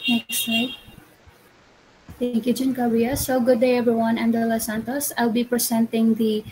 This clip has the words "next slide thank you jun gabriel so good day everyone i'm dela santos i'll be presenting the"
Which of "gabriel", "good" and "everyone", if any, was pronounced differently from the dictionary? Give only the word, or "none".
gabriel